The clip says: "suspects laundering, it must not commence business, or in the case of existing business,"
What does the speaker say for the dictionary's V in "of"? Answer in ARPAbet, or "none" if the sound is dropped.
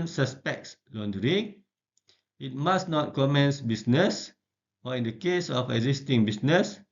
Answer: F